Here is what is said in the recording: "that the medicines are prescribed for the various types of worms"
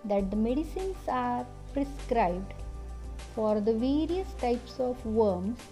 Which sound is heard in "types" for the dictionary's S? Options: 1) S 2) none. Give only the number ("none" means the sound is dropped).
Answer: 1